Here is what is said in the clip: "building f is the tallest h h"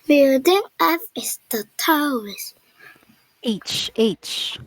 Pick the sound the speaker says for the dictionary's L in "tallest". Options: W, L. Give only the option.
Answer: W